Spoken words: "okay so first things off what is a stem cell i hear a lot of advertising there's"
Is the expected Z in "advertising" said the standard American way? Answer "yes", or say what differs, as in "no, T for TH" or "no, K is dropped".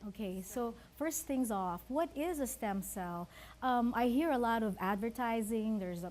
yes